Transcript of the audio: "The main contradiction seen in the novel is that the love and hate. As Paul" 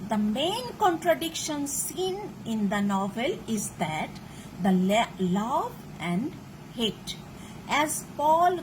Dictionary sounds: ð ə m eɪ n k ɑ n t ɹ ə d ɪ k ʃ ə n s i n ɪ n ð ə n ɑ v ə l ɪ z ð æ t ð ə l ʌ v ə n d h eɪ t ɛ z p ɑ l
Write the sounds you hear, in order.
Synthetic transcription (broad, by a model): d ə m eɪ n k ɑ n t ɹ ə d ɪ k ʃ ə n s i n ɪ n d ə n ɑ v ə l ɪ z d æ t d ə l ʌ v ə n d h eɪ t ɛ z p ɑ l